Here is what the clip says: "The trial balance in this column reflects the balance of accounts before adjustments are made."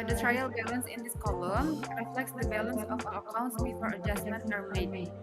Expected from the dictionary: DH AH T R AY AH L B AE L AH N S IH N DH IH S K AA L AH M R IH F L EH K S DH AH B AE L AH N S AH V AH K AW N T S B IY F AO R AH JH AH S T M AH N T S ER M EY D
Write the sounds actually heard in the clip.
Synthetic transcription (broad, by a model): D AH T R AY AH L B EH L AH N S IH N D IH S K AA L AH M R IH F L EH K S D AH B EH L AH N S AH F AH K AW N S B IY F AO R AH JH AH S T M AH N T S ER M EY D